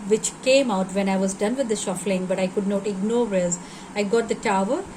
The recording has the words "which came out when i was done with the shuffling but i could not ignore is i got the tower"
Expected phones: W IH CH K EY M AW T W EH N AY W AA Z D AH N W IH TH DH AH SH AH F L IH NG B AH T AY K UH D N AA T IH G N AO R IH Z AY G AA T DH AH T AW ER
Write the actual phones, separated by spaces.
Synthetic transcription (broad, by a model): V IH CH K EY M AW T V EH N AY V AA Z D AH N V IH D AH SH AH F L IH NG B AH T AY K UH D N AA T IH G N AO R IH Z AY G AA T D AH T AW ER